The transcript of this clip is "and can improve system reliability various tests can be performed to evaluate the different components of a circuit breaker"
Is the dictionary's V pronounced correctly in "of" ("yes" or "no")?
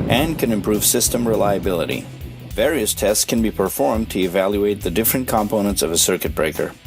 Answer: yes